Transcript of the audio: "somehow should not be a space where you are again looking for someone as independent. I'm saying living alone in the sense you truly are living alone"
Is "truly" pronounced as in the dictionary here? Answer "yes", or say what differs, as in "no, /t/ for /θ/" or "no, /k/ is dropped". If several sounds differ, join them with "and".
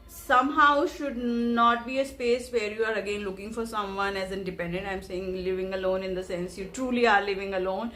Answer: yes